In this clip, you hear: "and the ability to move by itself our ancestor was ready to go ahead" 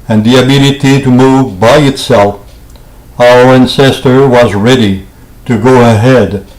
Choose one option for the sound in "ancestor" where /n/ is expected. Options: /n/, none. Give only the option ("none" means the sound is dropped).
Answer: /n/